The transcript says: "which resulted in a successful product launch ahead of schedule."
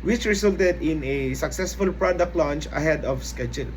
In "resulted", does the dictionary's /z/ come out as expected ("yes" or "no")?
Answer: no